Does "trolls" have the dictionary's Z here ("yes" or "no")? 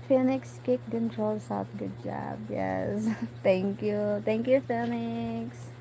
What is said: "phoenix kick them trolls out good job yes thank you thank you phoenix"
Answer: no